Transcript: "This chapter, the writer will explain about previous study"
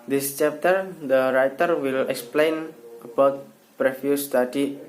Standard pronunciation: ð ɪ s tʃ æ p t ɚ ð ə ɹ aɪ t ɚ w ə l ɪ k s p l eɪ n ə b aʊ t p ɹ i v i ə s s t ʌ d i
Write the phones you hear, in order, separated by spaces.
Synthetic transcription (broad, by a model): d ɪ s tʃ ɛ p t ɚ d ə ɹ aɪ t ɚ w ə l ɪ k s p l eɪ n ə b aʊ t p ɹ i f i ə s s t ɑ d i